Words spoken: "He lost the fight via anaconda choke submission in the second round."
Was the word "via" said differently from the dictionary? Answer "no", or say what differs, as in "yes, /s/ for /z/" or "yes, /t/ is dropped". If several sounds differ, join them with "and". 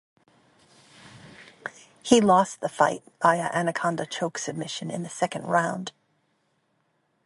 yes, /b/ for /v/